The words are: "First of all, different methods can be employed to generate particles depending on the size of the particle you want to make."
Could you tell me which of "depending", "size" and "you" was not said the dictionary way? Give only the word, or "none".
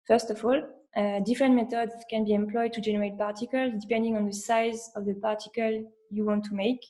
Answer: none